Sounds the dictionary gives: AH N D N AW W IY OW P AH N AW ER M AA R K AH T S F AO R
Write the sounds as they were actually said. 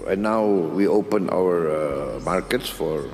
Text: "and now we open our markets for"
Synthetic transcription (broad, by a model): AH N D N AW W IY OW P AH N AW ER M AA R K AH T S F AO R